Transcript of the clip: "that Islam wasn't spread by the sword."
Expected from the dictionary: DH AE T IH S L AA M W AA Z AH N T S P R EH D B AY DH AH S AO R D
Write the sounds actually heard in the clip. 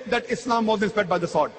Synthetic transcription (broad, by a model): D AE T IH S L AA M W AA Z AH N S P EH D B AY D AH S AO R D